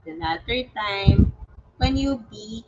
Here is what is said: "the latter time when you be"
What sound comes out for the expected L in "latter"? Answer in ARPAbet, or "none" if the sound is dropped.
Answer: N